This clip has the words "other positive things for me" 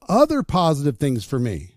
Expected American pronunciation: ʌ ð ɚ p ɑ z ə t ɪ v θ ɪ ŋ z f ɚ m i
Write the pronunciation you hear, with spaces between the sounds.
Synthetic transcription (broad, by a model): ʌ ð ɚ p ɑ z ə t ɪ v θ ɪ ŋ z f ɚ m i